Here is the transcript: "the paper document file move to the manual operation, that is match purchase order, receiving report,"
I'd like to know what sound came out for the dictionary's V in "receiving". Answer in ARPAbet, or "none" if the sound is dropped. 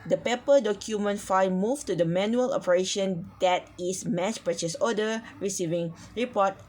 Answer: V